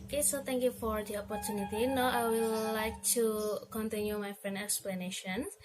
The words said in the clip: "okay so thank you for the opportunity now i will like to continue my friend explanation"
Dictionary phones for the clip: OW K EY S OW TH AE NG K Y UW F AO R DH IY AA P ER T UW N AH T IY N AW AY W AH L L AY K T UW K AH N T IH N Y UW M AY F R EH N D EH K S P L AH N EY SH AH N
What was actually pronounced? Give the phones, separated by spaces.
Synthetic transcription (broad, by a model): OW K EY S OW T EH NG K Y UW F AO R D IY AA P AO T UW N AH T IY N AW AY W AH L L AY K T UW K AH N T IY N Y UW M AY F R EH N EH K S P L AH N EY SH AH N